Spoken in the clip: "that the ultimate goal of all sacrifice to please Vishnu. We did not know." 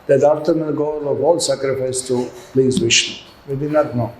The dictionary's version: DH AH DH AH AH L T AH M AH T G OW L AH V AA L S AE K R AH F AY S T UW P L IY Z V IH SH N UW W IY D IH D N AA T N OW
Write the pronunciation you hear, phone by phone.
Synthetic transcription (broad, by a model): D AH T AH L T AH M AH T G OW L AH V AA L S AE K R AH F AY S T UW P L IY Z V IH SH UW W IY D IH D N AA T N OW